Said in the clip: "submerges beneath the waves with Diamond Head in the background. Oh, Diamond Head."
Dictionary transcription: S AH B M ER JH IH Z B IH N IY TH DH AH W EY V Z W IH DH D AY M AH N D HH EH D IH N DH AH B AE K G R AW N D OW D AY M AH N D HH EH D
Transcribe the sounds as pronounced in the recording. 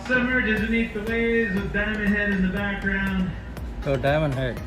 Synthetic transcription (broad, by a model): S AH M ER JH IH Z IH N IY T DH AH W EY Z W IH DH D AY M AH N HH EH D IH N DH AH B AE K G R AW N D OW D AY M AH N HH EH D